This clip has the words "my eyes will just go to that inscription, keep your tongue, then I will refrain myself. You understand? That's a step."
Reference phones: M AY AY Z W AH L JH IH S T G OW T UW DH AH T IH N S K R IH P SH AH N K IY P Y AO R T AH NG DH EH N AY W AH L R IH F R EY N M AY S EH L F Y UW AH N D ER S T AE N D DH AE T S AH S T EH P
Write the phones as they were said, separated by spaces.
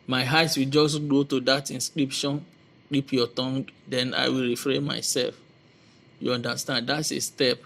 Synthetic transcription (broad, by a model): M AY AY S W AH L JH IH S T G OW T UW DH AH T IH N S K R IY P SH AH N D IY P Y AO T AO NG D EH N AY W AH L R IH F R EY N M AY S EH L F Y UW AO N D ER S T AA N D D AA T S AH S T EH P